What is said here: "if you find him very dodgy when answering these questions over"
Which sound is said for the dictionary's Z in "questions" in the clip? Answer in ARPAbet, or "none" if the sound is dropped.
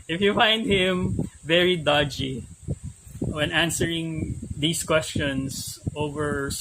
S